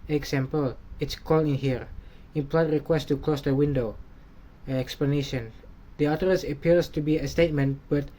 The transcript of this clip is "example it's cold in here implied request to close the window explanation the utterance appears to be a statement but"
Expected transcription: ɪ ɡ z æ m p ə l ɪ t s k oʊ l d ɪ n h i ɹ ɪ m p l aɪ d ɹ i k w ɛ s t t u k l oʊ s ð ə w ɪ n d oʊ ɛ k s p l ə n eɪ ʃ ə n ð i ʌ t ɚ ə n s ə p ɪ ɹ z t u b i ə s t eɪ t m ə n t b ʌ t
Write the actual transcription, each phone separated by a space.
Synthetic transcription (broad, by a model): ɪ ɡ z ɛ m p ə l ɪ t s k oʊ l ɪ n h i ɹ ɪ m p l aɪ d ɹ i k w ɛ s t t u k l oʊ s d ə w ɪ n d oʊ ɛ k s p l ə n eɪ ʃ ə n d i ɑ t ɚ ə s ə p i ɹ s t u b i ə s t eɪ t m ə n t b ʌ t